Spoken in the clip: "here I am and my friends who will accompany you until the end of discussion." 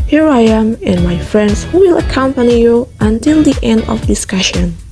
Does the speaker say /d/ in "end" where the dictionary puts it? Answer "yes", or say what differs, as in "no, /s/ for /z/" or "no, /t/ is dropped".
yes